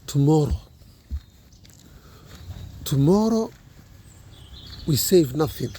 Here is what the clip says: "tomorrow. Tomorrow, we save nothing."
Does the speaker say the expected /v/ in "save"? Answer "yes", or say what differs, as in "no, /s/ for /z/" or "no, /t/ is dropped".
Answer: yes